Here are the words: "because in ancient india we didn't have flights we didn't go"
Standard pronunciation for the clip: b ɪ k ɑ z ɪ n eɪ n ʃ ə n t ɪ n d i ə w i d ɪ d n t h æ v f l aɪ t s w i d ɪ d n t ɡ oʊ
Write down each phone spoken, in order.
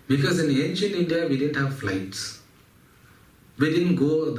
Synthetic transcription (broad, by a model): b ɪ k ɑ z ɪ n eɪ n ʃ ə n t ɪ n d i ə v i d ɪ d n t h æ v f l aɪ t s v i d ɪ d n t ɡ oʊ